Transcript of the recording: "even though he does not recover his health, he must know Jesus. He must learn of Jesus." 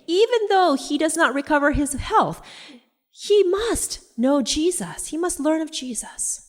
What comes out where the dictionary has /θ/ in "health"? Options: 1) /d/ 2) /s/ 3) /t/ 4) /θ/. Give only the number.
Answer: 4